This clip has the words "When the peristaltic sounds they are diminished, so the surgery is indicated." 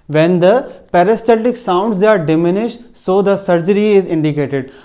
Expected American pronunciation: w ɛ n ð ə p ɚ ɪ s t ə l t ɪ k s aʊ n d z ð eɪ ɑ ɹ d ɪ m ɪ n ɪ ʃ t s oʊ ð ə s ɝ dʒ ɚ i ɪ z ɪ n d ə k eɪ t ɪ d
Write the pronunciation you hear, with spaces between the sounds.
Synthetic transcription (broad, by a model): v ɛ n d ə p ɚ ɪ s t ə t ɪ k s aʊ n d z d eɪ ɑ ɹ d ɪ m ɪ n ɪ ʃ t s oʊ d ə s ɝ dʒ ɚ i ɪ z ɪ n d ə k eɪ t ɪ d